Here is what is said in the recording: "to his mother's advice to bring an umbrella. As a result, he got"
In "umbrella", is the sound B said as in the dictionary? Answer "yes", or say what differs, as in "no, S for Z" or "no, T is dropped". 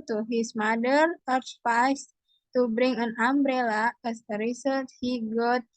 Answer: yes